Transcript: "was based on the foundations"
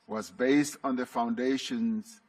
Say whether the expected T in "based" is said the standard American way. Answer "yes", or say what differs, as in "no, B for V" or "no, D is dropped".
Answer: yes